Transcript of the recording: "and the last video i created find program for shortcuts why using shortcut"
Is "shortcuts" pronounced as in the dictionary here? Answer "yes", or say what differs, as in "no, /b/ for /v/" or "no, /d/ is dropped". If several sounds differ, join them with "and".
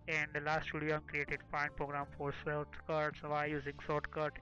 no, /s/ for /ʃ/